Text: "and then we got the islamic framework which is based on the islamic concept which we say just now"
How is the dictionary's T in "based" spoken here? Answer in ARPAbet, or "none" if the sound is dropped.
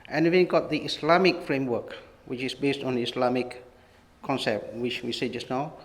T